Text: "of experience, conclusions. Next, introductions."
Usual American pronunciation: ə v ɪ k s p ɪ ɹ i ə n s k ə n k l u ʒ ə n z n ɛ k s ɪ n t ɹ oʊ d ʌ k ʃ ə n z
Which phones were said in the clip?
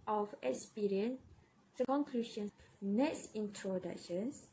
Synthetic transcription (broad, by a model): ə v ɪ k s p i ɹ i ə n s k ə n k l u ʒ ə n n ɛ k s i n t ɹ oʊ d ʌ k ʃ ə n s